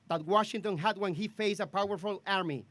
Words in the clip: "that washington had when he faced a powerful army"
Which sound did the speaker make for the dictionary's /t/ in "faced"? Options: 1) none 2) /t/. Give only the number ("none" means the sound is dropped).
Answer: 1